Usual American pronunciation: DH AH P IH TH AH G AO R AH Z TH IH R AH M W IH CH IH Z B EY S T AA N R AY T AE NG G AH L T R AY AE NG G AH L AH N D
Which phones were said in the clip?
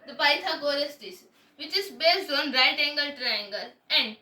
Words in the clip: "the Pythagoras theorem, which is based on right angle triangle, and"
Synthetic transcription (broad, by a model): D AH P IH T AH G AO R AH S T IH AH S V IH CH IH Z B EY S T AA N R AY T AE NG G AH L T R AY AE NG G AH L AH N D